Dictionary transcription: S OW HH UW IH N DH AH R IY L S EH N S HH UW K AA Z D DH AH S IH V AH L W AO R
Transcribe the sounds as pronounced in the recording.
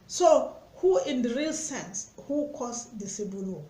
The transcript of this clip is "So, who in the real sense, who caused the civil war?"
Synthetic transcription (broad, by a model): S OW HH UW IH N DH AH R IY L S EH N S HH UW K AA S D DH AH S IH B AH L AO